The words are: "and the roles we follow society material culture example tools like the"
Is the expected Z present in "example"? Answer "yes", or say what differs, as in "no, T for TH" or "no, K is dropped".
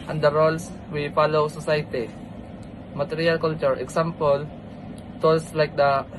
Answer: no, S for Z